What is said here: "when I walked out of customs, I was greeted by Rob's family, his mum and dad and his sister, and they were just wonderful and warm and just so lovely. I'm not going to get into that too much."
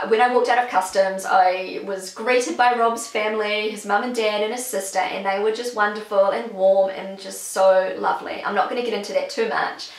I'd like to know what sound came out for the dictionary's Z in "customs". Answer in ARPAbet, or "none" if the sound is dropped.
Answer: Z